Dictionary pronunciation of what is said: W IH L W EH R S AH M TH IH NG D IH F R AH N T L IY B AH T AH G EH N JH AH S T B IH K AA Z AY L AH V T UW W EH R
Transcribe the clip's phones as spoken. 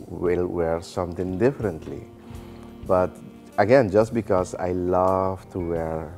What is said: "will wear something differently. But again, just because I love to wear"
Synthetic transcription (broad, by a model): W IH L W EH R S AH M T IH NG D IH F R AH N T L IY B AH T AH G EH N JH AH S T B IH K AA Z AY L AH V T UW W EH R